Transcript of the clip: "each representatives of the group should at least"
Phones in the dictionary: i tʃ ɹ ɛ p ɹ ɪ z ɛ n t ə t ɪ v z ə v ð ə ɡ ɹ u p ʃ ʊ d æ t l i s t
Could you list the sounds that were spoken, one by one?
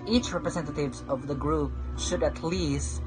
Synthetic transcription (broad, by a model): i tʃ ɹ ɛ p ɹ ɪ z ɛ n t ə t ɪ v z ə v ð ə ɡ ɹ u p ʃ ʊ d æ t l i s t